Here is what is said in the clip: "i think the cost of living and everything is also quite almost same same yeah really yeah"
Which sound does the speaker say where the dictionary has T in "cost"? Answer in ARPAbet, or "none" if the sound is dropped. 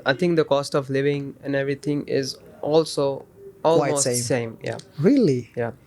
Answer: T